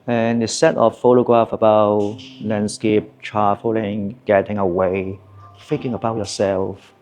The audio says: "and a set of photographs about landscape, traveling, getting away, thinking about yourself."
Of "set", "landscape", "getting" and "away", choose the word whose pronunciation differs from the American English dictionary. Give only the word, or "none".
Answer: none